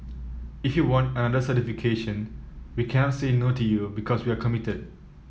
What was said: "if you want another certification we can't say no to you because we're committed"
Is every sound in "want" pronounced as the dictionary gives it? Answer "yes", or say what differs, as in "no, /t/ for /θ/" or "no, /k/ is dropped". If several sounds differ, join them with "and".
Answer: yes